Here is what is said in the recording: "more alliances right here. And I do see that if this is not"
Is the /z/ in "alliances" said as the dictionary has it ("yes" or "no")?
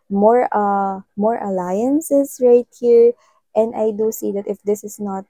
no